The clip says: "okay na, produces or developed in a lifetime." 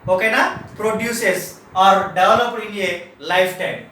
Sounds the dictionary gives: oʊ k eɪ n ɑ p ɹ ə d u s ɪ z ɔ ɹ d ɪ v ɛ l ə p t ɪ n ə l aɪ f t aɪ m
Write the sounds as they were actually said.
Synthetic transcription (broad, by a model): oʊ k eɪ n ɑ p ɹ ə d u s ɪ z ɔ ɹ d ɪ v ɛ l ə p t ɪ l ə l aɪ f t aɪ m